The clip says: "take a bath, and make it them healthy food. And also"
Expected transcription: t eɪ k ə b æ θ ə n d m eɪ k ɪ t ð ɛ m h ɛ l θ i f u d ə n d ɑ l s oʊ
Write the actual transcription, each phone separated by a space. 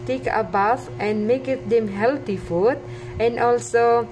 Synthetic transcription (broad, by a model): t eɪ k ə b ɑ f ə n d m eɪ k ɪ t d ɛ m h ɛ l t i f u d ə n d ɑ l s oʊ